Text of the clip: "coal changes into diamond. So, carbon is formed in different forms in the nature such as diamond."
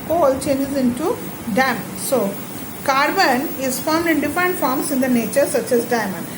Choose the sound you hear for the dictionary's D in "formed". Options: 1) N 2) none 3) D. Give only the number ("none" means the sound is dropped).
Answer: 3